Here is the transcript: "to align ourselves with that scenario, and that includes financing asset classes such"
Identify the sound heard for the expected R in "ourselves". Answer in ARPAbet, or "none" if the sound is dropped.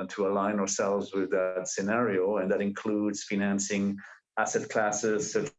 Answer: R